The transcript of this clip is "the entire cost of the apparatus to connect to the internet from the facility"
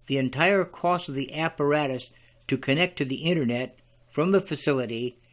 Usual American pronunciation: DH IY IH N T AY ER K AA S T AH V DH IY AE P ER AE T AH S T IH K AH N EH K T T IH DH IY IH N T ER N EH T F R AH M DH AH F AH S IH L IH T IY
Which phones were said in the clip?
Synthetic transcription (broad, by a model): DH IY IH N T AY ER K AA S AH V DH IY AE P ER AE T AH S T IH K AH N EH K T T IH DH IY IH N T ER N EH T F R AH M DH AH F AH S IH L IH T IY